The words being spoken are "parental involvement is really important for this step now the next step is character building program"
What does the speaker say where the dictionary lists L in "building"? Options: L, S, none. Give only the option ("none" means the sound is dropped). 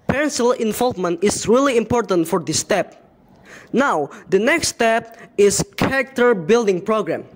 L